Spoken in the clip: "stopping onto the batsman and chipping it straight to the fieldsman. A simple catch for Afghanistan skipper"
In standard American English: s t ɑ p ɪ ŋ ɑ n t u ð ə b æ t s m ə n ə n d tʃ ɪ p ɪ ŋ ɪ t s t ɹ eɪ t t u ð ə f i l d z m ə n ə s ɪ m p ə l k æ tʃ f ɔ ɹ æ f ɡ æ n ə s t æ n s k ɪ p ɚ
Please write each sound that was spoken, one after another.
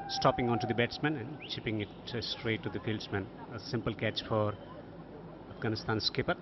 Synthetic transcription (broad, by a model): s t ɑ p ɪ ŋ ɑ n t u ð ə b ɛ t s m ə n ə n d tʃ ɪ p ɪ ŋ ɪ t s t ɹ eɪ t t u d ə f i l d s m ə n ə s ɪ m p ə l k æ tʃ f ɔ ɹ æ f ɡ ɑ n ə s t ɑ n s k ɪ p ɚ